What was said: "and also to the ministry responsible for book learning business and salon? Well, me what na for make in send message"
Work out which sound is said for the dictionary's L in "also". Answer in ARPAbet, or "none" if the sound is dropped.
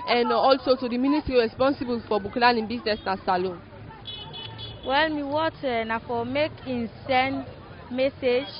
L